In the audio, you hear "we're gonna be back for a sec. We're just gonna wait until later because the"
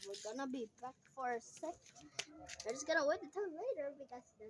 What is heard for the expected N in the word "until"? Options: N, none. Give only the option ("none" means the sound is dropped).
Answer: none